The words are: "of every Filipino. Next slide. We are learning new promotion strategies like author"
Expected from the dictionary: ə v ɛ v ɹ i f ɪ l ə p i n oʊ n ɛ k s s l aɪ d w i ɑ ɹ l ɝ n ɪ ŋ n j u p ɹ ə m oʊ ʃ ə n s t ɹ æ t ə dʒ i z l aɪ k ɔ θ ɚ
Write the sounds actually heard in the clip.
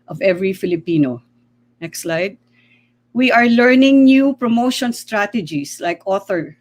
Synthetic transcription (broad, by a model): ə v ɛ v ɹ i f ɪ l ə p i n oʊ n ɛ k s s l aɪ d w i ɑ ɹ l ɝ n ɪ ŋ n j u p ɹ ə m oʊ ʃ ə n s t ɹ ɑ t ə dʒ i s l aɪ k ɔ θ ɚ